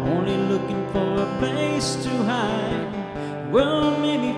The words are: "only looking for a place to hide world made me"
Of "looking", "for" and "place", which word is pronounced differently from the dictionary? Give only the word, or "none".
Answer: place